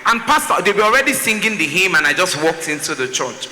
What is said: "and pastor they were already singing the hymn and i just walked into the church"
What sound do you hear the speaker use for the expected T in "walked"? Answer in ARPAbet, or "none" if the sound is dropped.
T